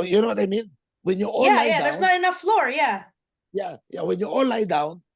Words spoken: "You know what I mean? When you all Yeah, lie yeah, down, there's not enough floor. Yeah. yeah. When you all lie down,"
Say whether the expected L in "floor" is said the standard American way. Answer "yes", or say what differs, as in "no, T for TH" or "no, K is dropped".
yes